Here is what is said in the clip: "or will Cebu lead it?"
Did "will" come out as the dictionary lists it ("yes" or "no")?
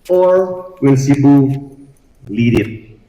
no